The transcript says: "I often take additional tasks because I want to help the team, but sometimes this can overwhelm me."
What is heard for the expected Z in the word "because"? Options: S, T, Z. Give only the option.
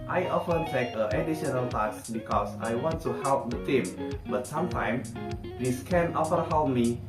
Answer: S